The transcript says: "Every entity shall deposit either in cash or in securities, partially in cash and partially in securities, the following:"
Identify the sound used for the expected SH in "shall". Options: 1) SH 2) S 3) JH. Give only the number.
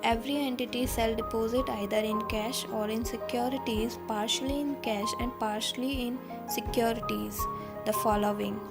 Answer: 2